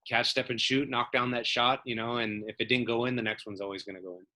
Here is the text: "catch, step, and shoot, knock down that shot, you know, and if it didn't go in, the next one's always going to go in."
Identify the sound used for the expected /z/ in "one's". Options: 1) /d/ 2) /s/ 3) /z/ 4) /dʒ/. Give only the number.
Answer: 3